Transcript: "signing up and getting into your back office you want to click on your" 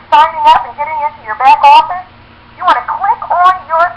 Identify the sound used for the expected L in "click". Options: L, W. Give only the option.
W